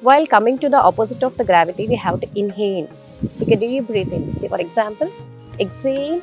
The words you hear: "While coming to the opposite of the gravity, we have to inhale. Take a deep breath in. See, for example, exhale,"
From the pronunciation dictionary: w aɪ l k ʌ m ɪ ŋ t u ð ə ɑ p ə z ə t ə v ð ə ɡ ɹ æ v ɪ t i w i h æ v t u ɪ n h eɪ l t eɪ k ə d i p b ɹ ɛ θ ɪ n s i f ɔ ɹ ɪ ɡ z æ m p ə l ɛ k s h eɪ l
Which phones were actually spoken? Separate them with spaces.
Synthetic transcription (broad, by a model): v aɪ l k ʌ m ɪ ŋ t u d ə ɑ p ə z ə t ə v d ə ɡ ɹ æ v ɪ t i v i h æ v t u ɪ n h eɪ n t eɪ k ə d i b ɹ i f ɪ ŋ s i f ɔ ɹ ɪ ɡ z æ m p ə l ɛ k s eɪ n